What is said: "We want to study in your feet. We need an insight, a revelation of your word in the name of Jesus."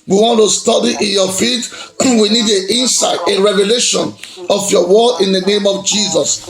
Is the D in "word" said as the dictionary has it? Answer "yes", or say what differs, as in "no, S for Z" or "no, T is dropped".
no, D is dropped